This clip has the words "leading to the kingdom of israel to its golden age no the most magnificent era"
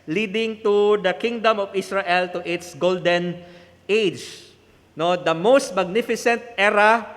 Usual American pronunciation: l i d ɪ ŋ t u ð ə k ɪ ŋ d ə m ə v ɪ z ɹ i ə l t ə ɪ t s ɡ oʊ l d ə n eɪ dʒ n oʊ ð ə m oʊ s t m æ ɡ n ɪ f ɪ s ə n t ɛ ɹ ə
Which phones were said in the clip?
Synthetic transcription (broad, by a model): l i d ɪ ŋ t u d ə k ɪ ŋ d ə m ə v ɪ s ɹ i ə l t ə ɪ t s ɡ oʊ l d ə n eɪ dʒ n oʊ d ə m oʊ s t m æ ɡ n ɪ f ɪ s ə n t ɛ ɹ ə